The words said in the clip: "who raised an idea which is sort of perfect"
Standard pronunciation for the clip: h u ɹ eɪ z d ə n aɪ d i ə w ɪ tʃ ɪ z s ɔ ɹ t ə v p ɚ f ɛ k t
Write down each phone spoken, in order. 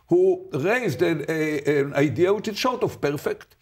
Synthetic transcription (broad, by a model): h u ɹ eɪ z d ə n aɪ d i ə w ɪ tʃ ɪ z ʃ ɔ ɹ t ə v p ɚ f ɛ k t